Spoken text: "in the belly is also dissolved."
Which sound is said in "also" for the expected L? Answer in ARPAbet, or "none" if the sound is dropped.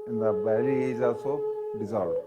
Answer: none